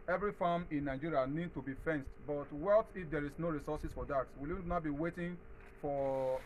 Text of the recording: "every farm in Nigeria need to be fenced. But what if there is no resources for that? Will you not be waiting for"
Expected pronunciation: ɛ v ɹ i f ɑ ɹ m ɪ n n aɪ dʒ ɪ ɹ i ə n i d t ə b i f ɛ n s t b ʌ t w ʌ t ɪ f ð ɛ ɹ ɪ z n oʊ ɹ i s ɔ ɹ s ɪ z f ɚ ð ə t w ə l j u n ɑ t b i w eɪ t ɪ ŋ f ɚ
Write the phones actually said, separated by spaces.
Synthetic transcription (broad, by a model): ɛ v ɹ i f ɑ m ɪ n n aɪ dʒ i ɹ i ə n i d t ə b i f ɛ n s t b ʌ t w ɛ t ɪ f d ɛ ɹ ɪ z n oʊ ɹ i s ɔ s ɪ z f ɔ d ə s w ə l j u n ɑ t b i w eɪ t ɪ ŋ f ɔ